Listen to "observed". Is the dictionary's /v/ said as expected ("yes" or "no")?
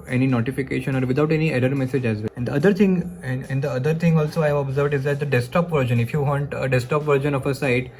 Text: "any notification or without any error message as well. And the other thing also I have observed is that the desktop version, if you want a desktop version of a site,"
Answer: yes